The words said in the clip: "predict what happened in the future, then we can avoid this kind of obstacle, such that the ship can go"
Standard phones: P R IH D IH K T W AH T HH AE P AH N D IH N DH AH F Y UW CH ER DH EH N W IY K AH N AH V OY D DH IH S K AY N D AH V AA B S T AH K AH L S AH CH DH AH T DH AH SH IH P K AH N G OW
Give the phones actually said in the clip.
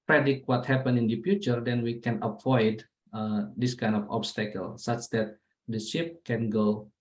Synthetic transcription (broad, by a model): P R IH D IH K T W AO T HH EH P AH N IH N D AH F Y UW CH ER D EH N W IY K AH N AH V OY D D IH S K AY N D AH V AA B S T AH K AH L S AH CH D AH T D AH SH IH P K AH N G OW